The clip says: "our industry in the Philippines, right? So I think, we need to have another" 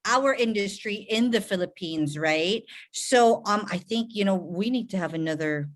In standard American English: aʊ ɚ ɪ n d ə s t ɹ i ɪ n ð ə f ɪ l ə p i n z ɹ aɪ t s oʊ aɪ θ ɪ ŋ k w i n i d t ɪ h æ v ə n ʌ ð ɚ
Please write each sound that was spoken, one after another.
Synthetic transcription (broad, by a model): aʊ ɚ ɪ n d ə s t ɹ i ɪ n ð ə f ɪ l ə p i n z ɹ aɪ t s oʊ aɪ θ ɪ ŋ k w i n i d t ɪ v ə n ʌ ð ɚ